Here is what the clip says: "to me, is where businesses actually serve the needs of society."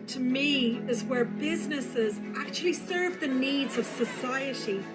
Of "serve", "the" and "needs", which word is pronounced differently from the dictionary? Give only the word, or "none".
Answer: none